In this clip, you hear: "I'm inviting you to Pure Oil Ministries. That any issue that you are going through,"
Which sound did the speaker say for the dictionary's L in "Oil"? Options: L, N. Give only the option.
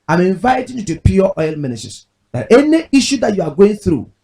L